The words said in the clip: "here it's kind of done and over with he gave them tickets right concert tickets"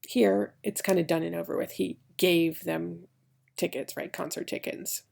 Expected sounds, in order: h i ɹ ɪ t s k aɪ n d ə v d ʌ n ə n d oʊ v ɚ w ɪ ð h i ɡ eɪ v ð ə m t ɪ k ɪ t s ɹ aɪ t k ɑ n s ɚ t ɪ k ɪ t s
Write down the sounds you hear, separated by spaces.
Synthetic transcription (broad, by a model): h i ɹ ɪ t s k aɪ n d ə d ʌ n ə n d oʊ v ɚ w ɪ ð h i ɡ eɪ v ð ə m t ɪ k ɪ t s ɹ aɪ t k ɑ n s ɚ t ɪ k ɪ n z